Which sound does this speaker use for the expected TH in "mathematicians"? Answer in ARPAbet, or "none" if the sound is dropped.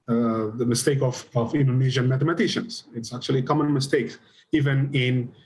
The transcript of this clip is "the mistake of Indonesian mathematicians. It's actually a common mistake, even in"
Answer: T